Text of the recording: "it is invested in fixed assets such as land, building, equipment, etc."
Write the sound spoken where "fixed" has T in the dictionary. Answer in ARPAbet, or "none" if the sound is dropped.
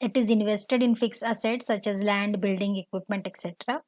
none